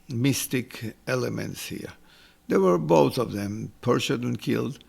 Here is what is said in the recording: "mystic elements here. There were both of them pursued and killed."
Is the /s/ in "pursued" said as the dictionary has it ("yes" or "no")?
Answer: no